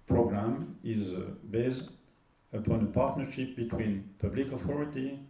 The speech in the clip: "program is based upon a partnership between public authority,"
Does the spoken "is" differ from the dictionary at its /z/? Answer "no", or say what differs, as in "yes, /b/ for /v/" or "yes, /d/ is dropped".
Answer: no